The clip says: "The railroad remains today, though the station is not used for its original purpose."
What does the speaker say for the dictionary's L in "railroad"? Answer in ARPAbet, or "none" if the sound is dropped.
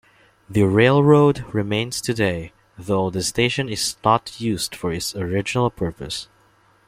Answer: L